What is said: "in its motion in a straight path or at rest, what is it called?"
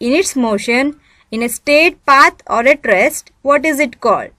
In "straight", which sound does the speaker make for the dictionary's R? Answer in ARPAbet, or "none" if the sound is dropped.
none